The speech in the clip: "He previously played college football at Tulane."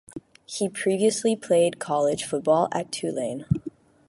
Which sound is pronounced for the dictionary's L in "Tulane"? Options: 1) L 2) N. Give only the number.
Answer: 1